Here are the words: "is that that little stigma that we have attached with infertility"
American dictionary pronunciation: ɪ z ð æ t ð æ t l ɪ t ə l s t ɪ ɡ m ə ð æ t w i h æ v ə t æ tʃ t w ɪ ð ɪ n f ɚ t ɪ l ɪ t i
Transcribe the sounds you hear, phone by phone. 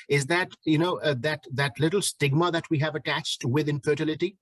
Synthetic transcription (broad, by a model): ɪ z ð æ t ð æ t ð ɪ t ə l s t ɪ ɡ m ə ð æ t w i h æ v ə t æ tʃ t w ɪ ð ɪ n f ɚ t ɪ l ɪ t i